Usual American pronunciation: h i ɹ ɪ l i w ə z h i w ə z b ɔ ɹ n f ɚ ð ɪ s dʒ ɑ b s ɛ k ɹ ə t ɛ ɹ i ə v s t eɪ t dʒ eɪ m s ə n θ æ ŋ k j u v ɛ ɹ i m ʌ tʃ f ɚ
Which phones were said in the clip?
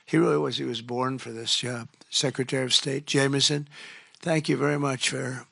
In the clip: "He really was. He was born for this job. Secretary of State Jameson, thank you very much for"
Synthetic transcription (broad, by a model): h i ɹ ɪ l i w ə z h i w ə z b ɔ ɹ n f ɚ ð ɪ s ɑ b s ɛ k ɹ ə t ɛ ɹ i ə v s t eɪ t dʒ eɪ m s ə n θ æ ŋ k j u v ɛ ɹ i m ʌ tʃ f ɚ